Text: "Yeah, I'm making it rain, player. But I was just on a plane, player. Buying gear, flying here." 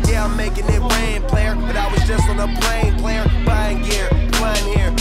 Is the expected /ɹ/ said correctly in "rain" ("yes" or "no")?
no